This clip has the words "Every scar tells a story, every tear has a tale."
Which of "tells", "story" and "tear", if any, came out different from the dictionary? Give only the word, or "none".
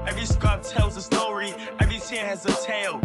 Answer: tear